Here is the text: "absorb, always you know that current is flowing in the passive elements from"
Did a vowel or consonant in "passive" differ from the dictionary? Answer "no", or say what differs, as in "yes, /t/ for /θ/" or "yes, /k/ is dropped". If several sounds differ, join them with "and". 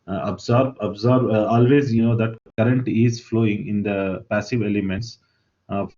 no